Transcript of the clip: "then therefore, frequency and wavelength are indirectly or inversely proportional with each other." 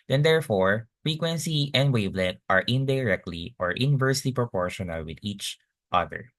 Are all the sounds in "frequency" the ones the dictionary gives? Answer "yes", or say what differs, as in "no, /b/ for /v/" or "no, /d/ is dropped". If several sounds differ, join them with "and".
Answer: yes